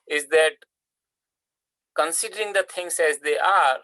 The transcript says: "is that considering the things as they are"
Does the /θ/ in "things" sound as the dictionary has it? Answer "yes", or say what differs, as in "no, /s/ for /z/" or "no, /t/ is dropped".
no, /t/ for /θ/